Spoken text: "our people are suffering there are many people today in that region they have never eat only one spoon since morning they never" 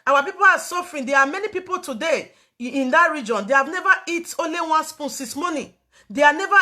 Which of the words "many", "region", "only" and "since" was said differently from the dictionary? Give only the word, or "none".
since